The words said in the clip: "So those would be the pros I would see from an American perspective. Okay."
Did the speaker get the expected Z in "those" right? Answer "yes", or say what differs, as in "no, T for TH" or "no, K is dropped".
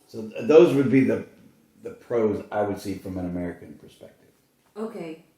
yes